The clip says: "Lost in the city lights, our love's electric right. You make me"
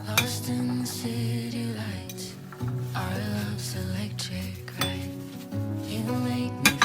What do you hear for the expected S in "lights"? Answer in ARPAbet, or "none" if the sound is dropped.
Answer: none